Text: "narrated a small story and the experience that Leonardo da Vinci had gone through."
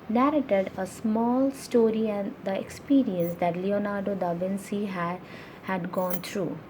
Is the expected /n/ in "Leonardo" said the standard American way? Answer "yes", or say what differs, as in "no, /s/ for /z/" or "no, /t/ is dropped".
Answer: yes